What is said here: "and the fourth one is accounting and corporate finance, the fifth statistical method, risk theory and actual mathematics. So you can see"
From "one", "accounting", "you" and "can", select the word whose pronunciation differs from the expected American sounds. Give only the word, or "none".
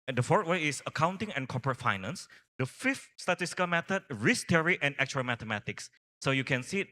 one